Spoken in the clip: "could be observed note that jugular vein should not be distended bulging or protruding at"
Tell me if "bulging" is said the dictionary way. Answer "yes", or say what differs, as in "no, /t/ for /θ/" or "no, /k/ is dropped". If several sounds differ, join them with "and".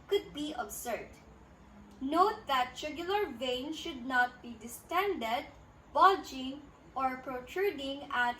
no, /l/ is dropped